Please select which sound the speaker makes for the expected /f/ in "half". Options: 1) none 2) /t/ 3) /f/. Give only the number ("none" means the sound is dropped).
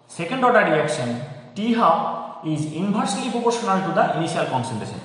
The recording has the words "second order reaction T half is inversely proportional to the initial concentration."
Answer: 1